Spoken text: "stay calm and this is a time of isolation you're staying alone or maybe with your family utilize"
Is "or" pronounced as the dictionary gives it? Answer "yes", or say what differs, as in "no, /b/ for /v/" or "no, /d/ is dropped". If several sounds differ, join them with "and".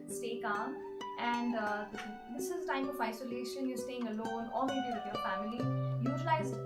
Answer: no, /l/ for /ɹ/